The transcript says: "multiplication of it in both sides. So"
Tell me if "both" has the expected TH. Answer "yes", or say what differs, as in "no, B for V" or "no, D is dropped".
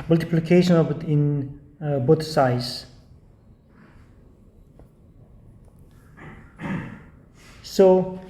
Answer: no, T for TH